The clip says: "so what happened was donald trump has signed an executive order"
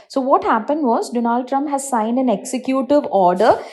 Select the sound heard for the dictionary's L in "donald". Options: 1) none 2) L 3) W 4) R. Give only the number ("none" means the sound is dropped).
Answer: 2